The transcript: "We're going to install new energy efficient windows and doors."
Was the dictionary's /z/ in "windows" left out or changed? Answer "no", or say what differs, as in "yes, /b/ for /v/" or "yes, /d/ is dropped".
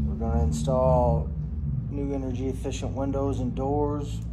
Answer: no